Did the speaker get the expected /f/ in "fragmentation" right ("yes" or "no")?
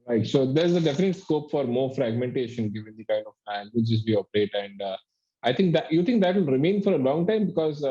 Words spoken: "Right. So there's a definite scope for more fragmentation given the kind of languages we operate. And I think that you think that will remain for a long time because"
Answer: yes